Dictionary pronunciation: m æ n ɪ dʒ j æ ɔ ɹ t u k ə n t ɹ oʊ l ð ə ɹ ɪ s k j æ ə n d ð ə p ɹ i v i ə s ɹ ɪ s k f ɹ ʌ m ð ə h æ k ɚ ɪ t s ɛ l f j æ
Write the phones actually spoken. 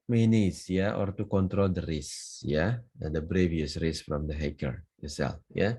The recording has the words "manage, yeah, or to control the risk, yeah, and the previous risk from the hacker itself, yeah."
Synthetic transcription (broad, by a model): m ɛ n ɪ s j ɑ ɔ ɹ t u k ə n t ɹ oʊ l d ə ɹ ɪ s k j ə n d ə b ɹ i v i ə s ɹ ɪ s f ɹ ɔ m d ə h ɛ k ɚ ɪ s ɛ l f j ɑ